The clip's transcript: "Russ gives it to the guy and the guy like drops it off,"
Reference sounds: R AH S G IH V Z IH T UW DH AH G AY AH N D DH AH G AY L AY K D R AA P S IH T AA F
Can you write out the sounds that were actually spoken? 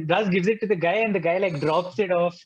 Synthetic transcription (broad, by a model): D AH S G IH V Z IH T UW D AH G AY AH N D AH G AY L AY K D R AA P S IH T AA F